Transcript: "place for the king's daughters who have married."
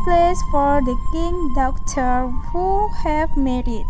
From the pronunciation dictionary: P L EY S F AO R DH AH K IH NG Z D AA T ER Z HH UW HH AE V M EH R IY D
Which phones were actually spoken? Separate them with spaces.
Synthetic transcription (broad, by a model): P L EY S F AO R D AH K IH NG D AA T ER HH UW HH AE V M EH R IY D